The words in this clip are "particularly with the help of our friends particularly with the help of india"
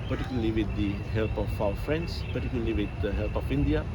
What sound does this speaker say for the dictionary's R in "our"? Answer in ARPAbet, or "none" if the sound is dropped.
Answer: W